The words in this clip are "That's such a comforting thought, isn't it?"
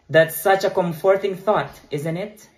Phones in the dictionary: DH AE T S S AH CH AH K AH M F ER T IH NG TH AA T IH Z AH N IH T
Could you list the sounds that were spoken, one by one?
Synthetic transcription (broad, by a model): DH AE T S S AH CH AH K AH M F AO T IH NG TH AA T IH Z AH N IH T